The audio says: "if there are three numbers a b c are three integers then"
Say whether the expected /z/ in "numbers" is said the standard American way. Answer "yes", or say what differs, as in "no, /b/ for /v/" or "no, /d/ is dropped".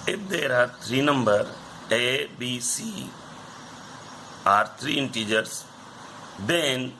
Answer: no, /z/ is dropped